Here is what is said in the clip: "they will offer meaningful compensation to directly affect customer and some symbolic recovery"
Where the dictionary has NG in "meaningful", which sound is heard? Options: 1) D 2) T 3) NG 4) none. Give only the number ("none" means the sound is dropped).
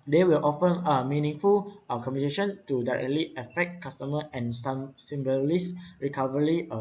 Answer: 3